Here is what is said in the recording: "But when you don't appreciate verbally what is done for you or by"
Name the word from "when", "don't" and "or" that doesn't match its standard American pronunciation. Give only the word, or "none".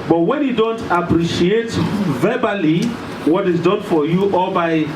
or